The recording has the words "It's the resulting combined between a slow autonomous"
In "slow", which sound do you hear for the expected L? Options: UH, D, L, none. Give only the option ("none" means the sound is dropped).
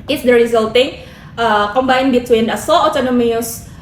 none